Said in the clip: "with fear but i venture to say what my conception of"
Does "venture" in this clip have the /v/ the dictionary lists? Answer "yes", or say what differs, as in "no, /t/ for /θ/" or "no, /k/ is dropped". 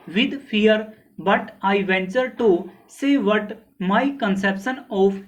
yes